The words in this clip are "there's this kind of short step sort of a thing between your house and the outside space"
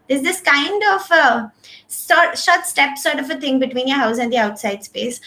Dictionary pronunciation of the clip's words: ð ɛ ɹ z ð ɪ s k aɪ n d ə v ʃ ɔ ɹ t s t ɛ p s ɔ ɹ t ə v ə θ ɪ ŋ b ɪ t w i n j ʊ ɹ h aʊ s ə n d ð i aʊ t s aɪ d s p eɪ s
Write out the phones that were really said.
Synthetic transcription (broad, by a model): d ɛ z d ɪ s k aɪ n d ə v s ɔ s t s t ɛ p s ɔ ɹ t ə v ə t ɪ ŋ b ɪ t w i n j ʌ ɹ h aʊ s ə n d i aʊ t s aɪ d s p eɪ s